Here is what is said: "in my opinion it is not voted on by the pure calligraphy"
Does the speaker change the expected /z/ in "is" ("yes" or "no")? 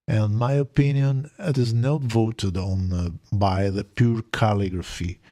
no